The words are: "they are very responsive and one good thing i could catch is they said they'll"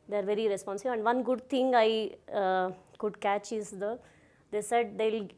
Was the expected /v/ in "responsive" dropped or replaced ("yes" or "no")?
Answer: yes